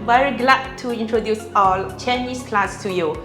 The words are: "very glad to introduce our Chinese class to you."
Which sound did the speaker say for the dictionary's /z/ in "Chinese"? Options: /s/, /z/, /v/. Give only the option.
/s/